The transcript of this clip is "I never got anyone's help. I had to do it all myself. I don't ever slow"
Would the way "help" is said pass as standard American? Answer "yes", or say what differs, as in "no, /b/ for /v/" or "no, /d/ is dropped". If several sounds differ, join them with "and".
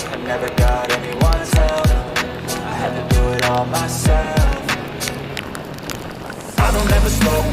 no, /f/ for /p/